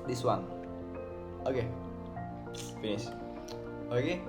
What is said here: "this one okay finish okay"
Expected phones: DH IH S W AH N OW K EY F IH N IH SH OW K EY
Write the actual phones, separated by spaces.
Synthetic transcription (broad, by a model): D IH S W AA N OW K EY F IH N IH S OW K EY